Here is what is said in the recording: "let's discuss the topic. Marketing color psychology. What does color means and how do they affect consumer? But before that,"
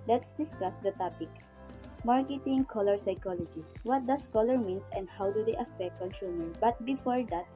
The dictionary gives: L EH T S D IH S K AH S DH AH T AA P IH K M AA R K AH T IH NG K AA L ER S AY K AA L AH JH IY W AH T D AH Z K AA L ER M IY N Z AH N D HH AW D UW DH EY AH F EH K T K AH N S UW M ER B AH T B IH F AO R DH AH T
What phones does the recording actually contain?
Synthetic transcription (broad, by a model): L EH T S D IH S K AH S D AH T AA P IH K M AA R K AH T IH NG K AA L ER S AY K AA L AH JH IY W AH T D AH S K AA L ER M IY N S AH N D HH AW D UW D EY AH F EH K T K AH N S UW M ER B AH T B IH F AO R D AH T